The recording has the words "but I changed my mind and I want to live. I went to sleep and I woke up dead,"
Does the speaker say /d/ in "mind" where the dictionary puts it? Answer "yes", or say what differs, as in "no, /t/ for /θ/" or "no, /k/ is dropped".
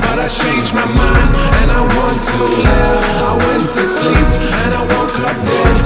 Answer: no, /d/ is dropped